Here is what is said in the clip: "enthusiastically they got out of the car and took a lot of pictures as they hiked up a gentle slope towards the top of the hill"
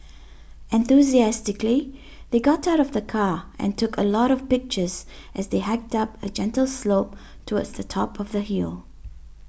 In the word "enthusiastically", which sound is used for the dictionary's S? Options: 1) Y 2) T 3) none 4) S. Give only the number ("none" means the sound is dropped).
4